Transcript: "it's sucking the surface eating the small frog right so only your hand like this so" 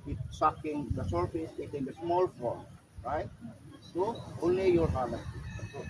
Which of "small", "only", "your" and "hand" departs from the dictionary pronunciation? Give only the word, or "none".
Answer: hand